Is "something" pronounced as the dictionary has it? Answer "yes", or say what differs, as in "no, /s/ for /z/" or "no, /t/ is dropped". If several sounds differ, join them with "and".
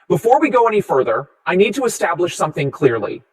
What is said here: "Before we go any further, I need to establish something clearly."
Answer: yes